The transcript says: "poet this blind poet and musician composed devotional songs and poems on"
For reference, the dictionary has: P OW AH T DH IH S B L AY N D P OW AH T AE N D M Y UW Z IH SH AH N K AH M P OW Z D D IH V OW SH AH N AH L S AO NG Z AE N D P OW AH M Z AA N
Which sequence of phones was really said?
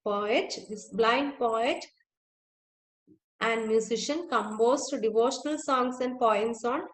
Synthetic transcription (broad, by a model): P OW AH T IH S B L AY N D P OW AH T AE N D M Y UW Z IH SH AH N K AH M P OW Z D D IH V OW SH AH N AH L S AO NG S AE N D P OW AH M S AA N